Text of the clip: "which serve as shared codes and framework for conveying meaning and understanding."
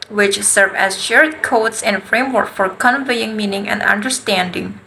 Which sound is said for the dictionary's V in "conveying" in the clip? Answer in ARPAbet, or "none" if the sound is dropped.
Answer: V